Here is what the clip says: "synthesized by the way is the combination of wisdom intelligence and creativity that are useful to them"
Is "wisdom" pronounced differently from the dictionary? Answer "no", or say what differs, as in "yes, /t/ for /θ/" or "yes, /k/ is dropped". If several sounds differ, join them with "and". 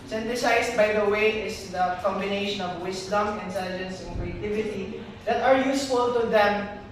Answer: yes, /s/ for /z/